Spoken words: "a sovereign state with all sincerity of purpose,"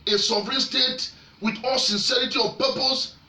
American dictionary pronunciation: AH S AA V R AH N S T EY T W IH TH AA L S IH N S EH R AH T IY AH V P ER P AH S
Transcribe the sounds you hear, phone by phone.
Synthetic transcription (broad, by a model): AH S AA V R AH N S T EY T W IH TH AA L S IH N S EH R AH T IY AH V P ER P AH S